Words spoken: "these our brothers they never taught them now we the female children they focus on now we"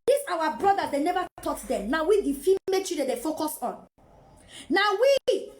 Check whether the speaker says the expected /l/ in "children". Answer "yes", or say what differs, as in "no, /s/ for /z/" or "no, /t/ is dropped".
no, /l/ is dropped